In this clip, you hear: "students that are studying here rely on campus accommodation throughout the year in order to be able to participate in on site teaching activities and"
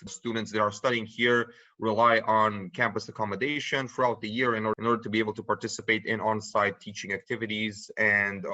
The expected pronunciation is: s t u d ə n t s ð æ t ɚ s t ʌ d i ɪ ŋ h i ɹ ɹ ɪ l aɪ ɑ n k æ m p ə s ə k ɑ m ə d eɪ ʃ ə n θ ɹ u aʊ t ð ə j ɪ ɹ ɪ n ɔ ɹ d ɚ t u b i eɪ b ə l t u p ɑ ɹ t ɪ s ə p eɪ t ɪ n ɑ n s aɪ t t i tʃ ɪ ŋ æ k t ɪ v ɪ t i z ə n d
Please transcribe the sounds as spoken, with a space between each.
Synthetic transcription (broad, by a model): s t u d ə n t s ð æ t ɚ s t ʌ d i ɪ ŋ h i ɹ ɹ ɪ l aɪ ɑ n k æ m p ə s ə k ɑ m ə d eɪ ʃ ə n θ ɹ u aʊ t ð ə j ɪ ɹ ɪ n ɔ ɹ d ɚ t u b i eɪ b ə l t u p ɑ ɹ t ɪ s ə p eɪ t ɪ n ɑ n s aɪ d t i tʃ ɪ ŋ æ k t ɪ v ɪ t i z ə n d